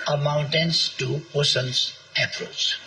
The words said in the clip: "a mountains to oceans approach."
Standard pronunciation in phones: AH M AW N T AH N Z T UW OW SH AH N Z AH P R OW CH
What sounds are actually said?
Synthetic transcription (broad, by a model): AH M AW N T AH N S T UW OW S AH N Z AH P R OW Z